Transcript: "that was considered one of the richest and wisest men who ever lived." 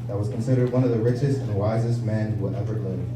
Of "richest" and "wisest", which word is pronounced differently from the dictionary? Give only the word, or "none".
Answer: none